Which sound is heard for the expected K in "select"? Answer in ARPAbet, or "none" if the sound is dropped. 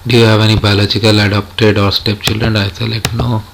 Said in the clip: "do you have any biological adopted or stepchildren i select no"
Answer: none